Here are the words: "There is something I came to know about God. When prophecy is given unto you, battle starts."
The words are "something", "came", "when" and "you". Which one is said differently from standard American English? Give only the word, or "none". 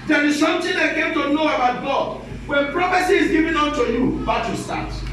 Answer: something